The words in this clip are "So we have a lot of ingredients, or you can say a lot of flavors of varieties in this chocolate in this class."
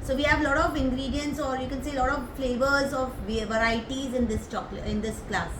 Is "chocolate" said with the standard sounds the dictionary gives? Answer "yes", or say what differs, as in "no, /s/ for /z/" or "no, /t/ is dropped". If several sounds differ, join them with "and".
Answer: no, /t/ is dropped